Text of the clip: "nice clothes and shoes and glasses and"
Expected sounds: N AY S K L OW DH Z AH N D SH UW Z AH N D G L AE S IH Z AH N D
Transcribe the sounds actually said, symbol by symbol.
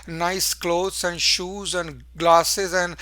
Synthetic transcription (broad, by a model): N AY S K L OW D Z AH N D SH UW Z AH N D G L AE S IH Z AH N D